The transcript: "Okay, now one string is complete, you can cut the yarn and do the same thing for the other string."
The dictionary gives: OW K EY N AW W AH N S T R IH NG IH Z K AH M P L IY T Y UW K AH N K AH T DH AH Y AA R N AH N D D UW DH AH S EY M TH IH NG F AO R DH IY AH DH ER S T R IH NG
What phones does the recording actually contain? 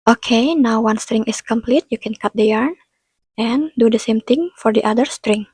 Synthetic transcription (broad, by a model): OW K EY N AW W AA N S T R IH NG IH S K AH M P L IY T Y UW K AH N K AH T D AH Y AA R N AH N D D UW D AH S EY M T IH NG F AO R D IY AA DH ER S T R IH NG